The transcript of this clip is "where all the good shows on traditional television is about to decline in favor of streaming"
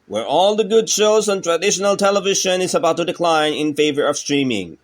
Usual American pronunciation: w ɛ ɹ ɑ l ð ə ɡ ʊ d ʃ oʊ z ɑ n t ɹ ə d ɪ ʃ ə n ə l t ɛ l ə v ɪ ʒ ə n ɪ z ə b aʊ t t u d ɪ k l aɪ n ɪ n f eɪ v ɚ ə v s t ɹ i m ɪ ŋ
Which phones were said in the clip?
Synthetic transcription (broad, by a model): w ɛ ɹ ɑ l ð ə ɡ ʊ d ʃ oʊ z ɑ n t ɹ ə d ɪ ʃ ə n ə l t ɛ l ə v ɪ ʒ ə n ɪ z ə b aʊ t t u d ɪ k l aɪ n ɪ n f eɪ v ɚ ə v s t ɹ i m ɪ ŋ